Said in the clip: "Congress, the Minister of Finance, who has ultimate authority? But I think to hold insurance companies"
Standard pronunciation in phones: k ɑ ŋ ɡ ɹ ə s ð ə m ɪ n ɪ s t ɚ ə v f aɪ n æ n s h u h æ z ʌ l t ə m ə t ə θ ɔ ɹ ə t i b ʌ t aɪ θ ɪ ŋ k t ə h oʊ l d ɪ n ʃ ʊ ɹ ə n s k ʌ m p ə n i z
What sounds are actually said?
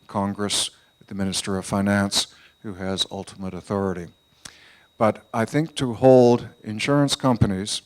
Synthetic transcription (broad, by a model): k ɑ ŋ ɡ ɹ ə s ð ə m ɪ n ɪ s t ɚ ə v f aɪ n æ n s h u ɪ z ʌ l t ə m ə t ə θ ɔ ɹ ə t i b ʌ t aɪ θ ɪ ŋ k t ə h oʊ l d ɪ n ʃ ʊ ɹ ə n s k ʌ m p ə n i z